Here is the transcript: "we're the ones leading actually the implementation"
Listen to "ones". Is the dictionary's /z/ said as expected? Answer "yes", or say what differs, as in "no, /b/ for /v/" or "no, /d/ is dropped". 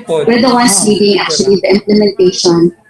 no, /s/ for /z/